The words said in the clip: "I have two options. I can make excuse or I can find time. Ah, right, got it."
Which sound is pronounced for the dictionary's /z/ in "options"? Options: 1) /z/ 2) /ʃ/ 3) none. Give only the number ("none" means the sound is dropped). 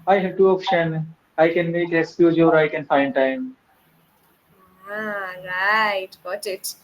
3